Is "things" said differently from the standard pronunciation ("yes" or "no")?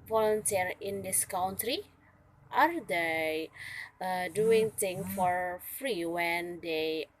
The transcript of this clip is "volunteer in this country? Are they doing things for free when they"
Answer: yes